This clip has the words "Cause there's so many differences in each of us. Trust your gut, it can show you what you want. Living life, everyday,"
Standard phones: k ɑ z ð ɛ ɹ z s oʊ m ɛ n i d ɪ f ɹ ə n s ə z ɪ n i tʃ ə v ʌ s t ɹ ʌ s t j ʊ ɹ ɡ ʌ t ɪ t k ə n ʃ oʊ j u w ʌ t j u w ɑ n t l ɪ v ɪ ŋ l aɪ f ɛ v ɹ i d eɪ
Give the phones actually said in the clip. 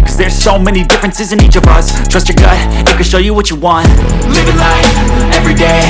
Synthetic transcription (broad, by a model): k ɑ z ð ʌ ɹ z s oʊ m ɛ n i d ɪ f ɹ ə n s ə z ɪ n i tʃ ə v ʌ s t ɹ ʌ s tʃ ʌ ɹ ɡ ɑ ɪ ɪ t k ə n ʃ oʊ j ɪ w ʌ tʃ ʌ w ɑ n t l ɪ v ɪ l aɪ ɛ v ɹ i d eɪ